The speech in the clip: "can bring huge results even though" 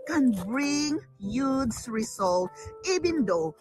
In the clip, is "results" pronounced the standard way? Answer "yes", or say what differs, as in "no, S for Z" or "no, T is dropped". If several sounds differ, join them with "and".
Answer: no, S is dropped